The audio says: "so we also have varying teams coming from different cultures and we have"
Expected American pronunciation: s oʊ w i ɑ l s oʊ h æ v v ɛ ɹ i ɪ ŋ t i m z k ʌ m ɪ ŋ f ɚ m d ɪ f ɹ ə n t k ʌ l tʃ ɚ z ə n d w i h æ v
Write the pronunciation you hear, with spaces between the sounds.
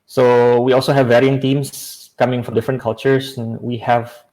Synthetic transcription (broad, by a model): s oʊ w i ɑ l s oʊ h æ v v ɛ ɹ i ɪ ŋ t i m s k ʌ m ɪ ŋ f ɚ d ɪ f ɹ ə n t k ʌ l tʃ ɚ s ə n w i h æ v